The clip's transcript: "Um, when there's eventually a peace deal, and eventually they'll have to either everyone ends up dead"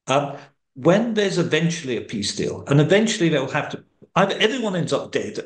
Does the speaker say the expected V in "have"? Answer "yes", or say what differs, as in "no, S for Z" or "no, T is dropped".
no, F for V